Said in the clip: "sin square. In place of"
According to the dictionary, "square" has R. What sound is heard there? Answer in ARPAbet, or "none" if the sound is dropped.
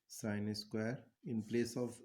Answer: R